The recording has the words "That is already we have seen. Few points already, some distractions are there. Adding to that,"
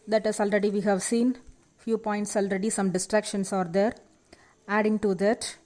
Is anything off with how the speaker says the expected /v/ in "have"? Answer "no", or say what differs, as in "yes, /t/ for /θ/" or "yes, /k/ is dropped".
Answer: no